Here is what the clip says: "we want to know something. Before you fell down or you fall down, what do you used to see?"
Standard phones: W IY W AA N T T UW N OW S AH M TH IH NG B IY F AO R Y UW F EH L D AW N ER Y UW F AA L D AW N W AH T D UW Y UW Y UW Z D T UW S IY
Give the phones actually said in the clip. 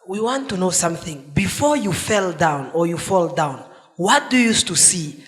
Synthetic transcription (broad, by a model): W IY W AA N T T UW N OW S AH M TH IH NG B IY F AO R Y UW F EH L D AW N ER Y UW F AA L D AW N W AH T D UW Y UW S T UW S IY